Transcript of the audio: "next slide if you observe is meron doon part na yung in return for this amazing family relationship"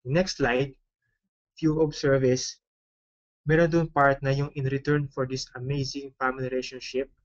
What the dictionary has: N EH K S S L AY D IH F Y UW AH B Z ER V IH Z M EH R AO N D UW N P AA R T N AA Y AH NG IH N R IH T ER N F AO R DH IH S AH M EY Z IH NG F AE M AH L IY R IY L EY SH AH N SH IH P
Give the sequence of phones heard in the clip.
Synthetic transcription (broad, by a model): N EH K S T L AY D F Y UW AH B S ER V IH S M EH R AO N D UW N P AA R T N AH Y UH NG IH N R IH T ER N F AO R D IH S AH M EY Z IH NG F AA M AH L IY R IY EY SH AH N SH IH P